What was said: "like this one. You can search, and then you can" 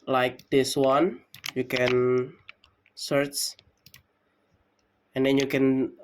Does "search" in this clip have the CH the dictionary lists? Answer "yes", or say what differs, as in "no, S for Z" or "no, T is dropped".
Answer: yes